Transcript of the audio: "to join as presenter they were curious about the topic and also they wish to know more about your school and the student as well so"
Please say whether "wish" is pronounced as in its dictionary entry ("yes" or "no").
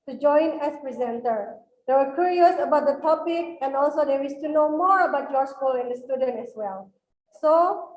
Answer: no